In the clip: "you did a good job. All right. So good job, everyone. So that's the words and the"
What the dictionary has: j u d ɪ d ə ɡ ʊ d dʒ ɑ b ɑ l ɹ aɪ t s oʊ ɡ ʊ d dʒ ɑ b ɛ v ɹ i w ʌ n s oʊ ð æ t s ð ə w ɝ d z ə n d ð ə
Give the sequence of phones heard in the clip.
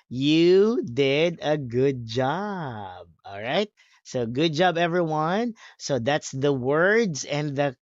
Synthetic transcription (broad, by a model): j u d ɪ d ə ɡ ʊ d dʒ ɑ b ɑ l ɹ aɪ t s oʊ ɡ ʊ d dʒ ɑ b ɛ v ɹ i w ʌ n s oʊ ð æ t s ð ə w ɝ d z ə n ð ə